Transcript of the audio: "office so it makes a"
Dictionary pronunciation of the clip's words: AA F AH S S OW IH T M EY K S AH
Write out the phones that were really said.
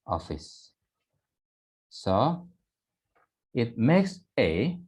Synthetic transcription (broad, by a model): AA F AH S S OW IH T M EY K S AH